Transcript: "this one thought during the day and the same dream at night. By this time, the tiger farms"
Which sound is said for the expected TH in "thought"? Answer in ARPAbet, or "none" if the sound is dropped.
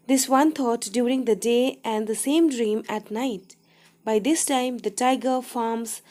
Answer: T